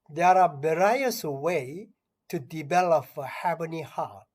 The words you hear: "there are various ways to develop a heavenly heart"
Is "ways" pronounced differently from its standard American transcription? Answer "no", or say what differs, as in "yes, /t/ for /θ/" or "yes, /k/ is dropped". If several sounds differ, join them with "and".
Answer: yes, /z/ is dropped